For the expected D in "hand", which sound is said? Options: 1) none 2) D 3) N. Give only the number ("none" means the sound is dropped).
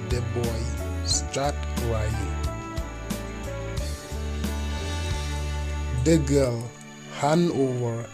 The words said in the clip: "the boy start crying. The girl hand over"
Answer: 1